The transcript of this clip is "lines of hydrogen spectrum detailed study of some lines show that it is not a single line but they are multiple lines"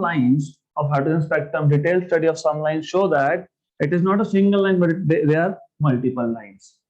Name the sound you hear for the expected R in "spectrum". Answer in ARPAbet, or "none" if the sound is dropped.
none